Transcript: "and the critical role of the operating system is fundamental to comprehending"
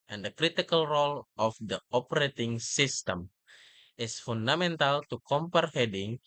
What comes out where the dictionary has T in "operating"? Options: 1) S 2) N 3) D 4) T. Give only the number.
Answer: 4